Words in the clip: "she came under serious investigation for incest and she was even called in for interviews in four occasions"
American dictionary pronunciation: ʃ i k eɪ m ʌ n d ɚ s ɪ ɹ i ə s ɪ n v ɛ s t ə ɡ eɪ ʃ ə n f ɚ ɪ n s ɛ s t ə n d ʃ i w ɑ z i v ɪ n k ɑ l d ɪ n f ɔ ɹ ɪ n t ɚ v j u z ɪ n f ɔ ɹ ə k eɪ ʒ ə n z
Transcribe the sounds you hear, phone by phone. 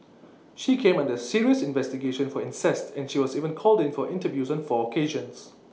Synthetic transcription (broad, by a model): ʃ i k eɪ m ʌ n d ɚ s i ɹ i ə s ɪ n v ɛ s t ə ɡ eɪ ʃ ə n f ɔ ɪ n s ɛ s t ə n ʃ i w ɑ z i v ɪ n k ɑ l d ɪ n f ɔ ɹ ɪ n t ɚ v j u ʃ ɪ n f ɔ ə k eɪ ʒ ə n s